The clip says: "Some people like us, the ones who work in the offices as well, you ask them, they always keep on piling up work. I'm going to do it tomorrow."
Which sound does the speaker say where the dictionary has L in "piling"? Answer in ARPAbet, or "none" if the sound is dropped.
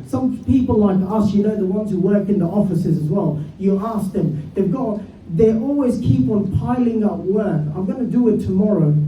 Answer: L